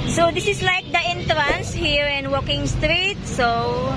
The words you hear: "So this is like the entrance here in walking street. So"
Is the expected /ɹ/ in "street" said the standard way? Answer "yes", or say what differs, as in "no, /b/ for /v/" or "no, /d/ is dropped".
yes